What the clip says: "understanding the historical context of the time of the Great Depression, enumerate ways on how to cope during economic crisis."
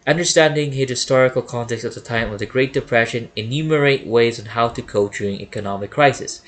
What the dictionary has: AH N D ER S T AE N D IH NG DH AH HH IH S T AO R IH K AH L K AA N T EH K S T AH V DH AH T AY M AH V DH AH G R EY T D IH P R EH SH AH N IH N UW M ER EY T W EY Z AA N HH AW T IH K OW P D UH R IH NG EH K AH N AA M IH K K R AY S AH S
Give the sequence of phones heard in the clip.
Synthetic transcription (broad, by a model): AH N D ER S T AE N D IH NG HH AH HH IH S T AO R IH K AH L K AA N T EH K S AH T DH AH T AY M AH V DH AH G R EY T D IH P R EH SH AH N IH N UW M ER EY T W EY Z N HH AW T IH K OW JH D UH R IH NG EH K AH N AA M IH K K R AY S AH S